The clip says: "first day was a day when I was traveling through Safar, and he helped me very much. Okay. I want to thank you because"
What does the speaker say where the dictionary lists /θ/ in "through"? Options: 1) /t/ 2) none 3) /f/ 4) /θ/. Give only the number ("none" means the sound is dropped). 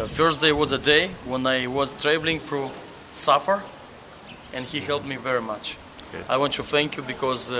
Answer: 3